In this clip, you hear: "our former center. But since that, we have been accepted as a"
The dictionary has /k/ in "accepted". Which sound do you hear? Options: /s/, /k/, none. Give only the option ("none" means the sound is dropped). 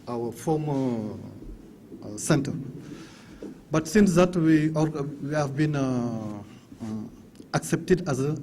/k/